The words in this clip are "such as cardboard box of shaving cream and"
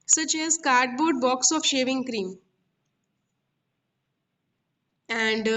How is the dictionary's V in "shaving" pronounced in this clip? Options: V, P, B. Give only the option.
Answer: V